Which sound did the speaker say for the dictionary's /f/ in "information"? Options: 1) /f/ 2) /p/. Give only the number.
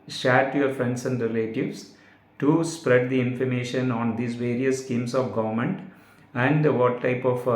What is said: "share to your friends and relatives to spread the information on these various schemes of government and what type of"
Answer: 1